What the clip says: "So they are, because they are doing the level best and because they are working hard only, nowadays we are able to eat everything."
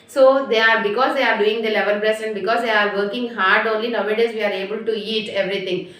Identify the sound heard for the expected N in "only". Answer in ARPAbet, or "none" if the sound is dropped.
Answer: N